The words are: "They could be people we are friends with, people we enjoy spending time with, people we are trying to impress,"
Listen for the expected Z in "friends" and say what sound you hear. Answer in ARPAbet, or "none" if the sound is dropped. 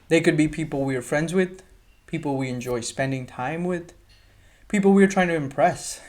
Z